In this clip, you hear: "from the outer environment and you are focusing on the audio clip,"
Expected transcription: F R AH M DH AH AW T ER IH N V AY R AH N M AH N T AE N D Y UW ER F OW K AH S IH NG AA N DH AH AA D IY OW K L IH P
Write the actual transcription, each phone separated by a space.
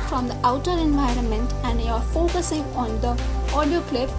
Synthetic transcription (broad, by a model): F R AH M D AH AW T ER IH N V AY R AH N M AH N T AE N D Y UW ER F OW K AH S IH NG AA N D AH AA D IY OW K L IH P